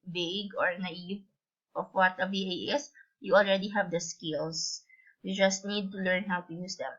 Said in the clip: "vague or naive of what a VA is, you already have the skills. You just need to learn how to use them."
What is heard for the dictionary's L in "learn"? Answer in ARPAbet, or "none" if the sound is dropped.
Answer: L